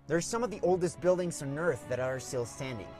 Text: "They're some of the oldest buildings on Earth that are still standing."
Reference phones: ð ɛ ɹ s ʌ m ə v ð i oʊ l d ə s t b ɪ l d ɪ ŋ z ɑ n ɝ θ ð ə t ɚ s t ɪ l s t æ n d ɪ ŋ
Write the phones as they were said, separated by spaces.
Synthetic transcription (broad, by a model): ð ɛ ɹ s ʌ m ə v ð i oʊ l d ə s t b ɪ l d ɪ ŋ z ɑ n ɝ θ ð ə t ɚ s t ɪ l s t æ n d ɪ ŋ